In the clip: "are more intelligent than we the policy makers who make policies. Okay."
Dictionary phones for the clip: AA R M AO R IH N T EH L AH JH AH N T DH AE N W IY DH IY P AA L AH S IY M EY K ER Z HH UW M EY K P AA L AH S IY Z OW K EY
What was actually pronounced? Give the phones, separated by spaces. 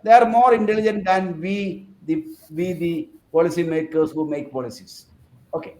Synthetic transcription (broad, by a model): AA R M AO R IH N T EH L AH JH AH N T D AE N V IY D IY P AA L AH S IY M EY K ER S HH UW M EY K P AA L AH S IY S OW K EY